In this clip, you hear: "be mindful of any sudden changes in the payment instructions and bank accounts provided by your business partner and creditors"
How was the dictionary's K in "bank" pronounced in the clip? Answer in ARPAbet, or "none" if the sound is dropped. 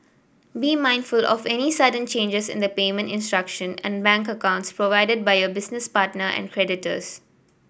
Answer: K